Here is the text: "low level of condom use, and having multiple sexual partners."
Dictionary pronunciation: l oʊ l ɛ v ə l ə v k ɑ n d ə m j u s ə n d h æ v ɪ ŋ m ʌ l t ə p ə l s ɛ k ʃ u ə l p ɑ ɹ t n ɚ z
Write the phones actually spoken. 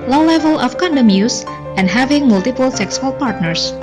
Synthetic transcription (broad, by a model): l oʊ l ɛ v ə l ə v k ɑ n d ə m j u s ə n d h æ v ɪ ŋ m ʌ l t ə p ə l s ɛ k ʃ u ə l p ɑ ɹ t n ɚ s